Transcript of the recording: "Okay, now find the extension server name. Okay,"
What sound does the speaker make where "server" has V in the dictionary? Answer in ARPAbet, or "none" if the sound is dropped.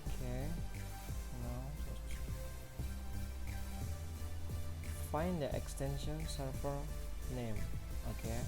F